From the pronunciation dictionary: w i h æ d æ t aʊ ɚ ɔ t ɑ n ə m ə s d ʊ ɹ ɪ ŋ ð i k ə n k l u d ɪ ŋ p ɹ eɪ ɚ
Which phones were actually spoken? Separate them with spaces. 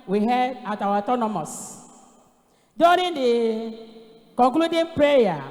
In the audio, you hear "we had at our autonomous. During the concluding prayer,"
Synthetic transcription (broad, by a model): w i h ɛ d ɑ t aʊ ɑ ɔ t ɑ n ə m ə s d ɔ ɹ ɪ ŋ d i k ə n k l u d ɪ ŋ p ɹ eɪ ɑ